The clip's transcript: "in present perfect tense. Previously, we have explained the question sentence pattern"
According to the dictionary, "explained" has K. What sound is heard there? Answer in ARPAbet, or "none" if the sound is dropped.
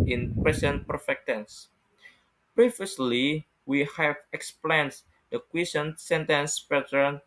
K